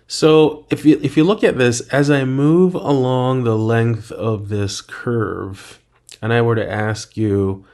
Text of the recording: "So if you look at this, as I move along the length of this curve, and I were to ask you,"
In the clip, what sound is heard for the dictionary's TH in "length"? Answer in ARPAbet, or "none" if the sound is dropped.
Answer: TH